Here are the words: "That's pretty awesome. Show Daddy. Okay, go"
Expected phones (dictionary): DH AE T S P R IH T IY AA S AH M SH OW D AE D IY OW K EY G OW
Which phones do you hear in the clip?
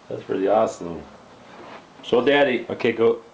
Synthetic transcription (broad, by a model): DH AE T S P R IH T IY AA S AH M S OW D AE D IY OW K EY G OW